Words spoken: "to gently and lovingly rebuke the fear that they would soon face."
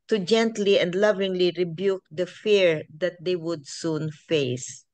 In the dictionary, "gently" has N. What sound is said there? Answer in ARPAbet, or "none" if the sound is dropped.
N